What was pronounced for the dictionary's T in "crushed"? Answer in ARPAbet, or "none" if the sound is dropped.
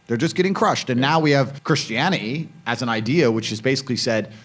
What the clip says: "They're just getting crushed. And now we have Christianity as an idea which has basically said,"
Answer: T